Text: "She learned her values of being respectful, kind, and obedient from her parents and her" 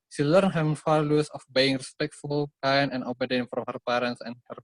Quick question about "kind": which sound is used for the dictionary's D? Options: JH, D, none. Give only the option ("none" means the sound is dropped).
none